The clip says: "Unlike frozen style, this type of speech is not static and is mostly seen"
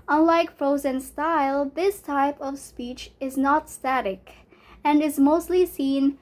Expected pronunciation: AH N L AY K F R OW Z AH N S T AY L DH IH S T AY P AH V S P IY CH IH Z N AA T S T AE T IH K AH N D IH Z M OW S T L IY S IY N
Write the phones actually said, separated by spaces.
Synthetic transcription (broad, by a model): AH N L AY K F R OW Z AH N S T AY L DH IH S T AY P AH V S P IY CH IH Z N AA T S T AE T IH K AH N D IH Z M OW S T L IY S IY N